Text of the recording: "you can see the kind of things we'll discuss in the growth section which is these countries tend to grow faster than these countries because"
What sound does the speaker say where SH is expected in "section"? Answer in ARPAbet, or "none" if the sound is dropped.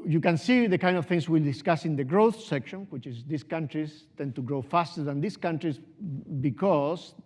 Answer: SH